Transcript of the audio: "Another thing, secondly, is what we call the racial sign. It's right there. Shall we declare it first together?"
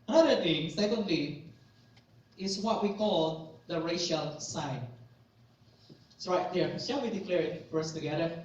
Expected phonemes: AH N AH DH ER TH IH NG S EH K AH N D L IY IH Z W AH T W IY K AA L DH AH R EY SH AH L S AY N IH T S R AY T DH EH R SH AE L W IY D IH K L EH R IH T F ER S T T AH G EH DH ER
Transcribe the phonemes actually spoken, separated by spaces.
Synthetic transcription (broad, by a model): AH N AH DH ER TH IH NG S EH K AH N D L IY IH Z W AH T W IY K AA L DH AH R EY SH AH L S AY N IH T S R AY T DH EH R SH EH N W IY D IH K L EH R IH T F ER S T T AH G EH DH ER